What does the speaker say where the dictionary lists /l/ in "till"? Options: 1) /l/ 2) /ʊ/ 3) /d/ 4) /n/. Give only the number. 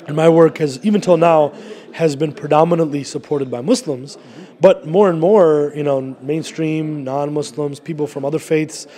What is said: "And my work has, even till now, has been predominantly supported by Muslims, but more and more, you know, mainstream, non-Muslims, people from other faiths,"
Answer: 1